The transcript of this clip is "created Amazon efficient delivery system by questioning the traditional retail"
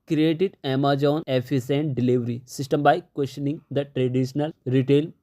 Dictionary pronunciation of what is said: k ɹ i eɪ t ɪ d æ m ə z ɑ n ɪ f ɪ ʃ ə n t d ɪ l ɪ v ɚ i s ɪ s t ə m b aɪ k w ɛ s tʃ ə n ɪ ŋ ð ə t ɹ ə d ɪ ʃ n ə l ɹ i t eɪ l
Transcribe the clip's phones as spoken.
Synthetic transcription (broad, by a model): k ɹ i eɪ t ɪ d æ m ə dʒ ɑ n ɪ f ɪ s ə n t d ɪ l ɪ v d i s ɪ s t ə m b aɪ k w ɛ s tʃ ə n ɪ ŋ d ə t ɹ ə d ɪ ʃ n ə l ɹ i t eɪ l